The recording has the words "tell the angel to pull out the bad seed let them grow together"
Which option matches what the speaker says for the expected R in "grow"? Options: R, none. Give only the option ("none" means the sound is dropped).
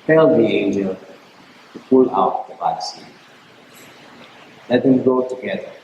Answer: none